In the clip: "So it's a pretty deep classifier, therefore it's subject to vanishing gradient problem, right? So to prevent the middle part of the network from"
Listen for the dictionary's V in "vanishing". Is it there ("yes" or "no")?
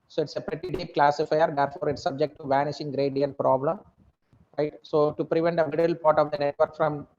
yes